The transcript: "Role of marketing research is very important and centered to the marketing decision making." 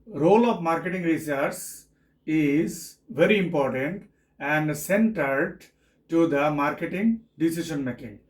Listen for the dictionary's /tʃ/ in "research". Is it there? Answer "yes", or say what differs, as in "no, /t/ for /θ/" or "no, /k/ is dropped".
no, /s/ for /tʃ/